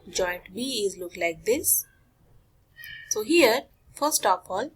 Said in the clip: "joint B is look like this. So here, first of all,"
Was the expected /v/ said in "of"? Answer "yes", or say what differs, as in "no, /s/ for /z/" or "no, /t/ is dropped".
no, /p/ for /v/